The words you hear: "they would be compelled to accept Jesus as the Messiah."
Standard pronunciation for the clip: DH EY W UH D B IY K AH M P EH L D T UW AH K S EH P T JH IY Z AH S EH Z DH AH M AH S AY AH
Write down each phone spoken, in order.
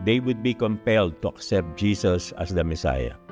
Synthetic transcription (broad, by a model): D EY W UH D B IY K AH M P EH L D T UW AH K S EH P T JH IY S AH S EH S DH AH M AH S AY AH